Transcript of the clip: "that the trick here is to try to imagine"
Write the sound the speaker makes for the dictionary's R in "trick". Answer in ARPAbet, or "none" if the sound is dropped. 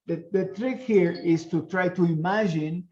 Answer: R